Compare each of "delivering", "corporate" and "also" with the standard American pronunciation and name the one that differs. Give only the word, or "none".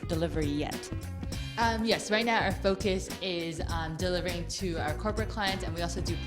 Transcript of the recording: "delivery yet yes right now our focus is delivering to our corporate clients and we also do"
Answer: none